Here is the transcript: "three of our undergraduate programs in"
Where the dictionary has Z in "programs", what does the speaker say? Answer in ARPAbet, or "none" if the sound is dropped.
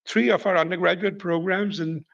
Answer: Z